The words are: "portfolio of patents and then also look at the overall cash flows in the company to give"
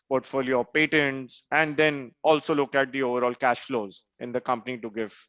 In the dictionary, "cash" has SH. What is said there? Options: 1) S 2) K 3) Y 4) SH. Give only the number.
4